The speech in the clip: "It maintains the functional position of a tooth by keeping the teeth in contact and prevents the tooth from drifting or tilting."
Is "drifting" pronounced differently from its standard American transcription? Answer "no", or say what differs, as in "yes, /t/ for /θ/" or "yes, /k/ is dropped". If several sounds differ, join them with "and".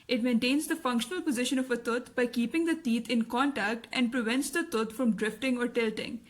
no